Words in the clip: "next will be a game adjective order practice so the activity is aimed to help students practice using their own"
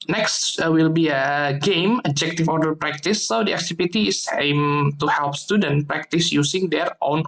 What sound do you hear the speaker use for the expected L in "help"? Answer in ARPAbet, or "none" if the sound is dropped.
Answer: L